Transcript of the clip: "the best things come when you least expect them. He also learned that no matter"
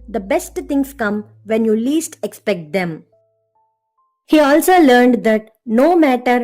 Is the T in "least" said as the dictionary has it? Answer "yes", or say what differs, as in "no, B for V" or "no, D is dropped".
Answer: yes